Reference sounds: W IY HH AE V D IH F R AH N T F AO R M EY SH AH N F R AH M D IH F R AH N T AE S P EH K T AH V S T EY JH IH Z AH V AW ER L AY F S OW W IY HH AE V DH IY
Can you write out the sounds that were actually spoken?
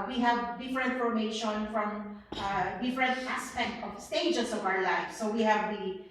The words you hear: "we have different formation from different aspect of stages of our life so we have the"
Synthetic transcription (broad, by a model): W IY HH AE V D IH F R AH N T F AO R M EY SH AH N F R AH M D IH F R AH N T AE S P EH K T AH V S T EY JH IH S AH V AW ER L AY F S OW W IY HH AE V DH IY